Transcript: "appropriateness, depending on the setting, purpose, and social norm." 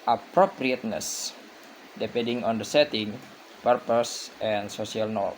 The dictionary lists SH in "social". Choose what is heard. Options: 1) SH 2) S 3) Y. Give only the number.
2